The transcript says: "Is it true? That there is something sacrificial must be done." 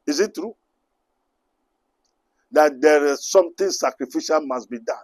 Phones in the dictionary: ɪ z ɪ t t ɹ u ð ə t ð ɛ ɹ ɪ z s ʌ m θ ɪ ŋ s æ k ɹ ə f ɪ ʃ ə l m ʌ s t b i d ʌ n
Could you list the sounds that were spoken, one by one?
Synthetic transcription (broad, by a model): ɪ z ɪ t t ɹ u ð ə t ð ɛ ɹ ɪ z s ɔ m t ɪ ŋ s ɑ k ɹ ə f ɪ ʃ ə l m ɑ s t b i d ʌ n